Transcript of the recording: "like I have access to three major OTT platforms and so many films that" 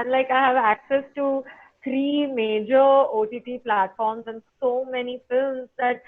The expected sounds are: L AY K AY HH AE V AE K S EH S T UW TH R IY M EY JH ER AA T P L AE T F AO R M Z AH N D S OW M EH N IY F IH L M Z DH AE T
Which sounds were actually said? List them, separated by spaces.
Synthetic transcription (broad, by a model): L AY K AY HH AE V AE K S EH S T UW T R IY M EY JH ER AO T P L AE T F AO R M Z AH N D S OW M EH N IY F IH L M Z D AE T